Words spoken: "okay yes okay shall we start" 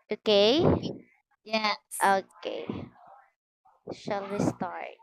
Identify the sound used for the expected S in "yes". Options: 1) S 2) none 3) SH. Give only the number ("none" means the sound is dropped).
2